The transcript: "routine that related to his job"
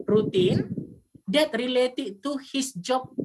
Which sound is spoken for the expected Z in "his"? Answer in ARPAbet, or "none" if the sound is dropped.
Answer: S